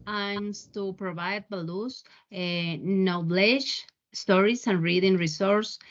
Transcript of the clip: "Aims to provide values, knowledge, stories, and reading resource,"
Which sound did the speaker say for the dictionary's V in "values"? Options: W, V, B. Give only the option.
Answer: B